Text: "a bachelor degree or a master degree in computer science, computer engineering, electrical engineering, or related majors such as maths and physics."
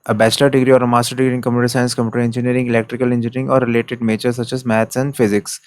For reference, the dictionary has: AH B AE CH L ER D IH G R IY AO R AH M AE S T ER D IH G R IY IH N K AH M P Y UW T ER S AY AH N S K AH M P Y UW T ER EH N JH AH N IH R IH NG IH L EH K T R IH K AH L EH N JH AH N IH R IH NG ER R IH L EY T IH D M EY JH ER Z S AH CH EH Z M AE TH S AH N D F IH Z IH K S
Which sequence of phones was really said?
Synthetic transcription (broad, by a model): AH B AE CH L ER D IH G R IY AO R AH M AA S T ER D IH G R IY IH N K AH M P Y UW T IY S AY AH N S K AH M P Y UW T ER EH N JH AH N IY R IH NG IH L EH K T R IH K AH L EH N JH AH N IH R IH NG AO R IH L EY T IH D M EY CH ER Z S AH CH EH Z M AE T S AH N D F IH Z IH K S